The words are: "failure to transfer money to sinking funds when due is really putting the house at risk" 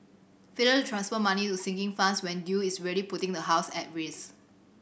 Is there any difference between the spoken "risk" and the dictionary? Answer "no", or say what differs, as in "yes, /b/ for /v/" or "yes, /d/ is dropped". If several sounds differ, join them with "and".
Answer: yes, /k/ is dropped